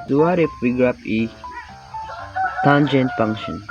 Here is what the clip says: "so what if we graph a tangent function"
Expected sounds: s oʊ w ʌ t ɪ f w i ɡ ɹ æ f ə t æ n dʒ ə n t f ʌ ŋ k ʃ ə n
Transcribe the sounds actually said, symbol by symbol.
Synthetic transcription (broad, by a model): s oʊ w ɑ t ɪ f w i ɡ ɹ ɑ p ə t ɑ n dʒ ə n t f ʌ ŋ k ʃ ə n